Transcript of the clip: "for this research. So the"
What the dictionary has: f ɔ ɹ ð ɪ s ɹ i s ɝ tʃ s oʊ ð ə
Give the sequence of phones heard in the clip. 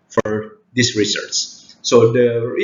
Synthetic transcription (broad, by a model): f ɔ ɹ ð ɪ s ɹ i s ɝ s s oʊ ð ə